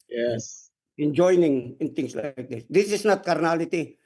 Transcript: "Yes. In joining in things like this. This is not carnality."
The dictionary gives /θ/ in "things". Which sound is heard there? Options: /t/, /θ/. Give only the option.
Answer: /t/